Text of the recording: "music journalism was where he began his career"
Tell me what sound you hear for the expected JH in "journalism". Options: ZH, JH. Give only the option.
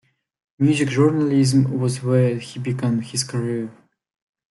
ZH